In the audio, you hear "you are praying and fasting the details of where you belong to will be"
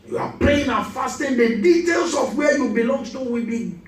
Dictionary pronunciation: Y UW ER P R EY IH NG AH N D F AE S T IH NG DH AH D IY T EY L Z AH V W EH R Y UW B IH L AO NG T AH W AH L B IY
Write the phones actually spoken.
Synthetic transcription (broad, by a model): Y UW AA P L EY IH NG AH F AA S T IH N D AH D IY T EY L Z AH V W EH Y UW B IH L AO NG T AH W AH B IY